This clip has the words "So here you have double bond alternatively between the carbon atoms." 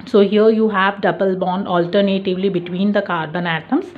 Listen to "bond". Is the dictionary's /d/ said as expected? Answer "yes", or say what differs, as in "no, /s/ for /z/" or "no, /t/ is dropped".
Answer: yes